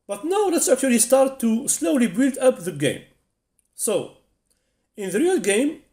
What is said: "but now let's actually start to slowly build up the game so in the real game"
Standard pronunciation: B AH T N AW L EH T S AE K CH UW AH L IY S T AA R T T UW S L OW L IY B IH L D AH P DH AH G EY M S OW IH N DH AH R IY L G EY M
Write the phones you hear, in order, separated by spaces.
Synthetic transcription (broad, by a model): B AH T N AW L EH T S AE K CH UW AH L IY S T AA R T T UW S L OW L IY B IH L D AH P DH AH G EY M S OW IH N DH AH R IY L G EY M